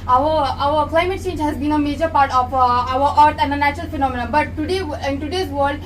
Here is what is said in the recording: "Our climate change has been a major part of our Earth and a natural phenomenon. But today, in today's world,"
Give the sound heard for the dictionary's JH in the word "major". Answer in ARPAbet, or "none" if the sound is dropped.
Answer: JH